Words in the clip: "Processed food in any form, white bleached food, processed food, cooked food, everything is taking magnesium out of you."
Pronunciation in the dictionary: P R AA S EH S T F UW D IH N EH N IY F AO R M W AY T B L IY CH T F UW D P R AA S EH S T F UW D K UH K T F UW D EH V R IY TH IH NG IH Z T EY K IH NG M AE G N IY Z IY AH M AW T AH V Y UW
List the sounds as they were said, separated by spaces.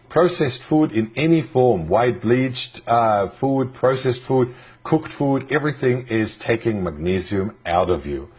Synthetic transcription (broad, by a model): P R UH S EH S T F UW D IH N EH N IY F AO R M W AY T B L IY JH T F UW D P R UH S EH S T F UW D K UH K T F UW D EH V R IY TH IH NG IH Z T EY K IH NG M AE G N IY Z IY AH M AW T AH V Y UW